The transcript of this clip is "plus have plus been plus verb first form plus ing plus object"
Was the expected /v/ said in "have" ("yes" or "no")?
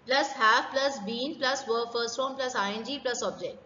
no